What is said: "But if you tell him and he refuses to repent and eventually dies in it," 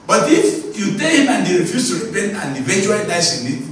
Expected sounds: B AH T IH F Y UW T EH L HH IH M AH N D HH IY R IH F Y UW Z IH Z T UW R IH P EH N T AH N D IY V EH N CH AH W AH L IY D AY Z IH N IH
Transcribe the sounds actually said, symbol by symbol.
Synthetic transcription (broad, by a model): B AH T IH F Y UW T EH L HH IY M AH N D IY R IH F Y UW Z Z T UW R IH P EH N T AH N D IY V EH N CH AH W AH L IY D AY S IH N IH